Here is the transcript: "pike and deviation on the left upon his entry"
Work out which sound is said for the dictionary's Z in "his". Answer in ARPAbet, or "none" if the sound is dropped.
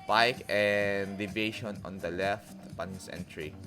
S